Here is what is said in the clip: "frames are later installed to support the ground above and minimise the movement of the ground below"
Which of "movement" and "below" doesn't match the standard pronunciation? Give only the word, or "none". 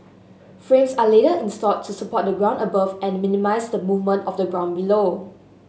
none